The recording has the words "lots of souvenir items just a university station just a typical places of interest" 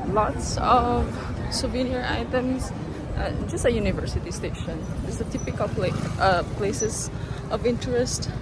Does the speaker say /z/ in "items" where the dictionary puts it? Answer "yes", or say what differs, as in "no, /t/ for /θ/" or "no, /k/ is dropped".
no, /s/ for /z/